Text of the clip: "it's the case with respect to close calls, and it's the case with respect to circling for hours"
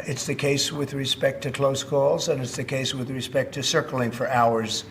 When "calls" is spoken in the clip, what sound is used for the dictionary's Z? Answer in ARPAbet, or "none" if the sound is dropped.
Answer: Z